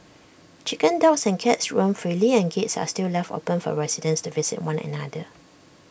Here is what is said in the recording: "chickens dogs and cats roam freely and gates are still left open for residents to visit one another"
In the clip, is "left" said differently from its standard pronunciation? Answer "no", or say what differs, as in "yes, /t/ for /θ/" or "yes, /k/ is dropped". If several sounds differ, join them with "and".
no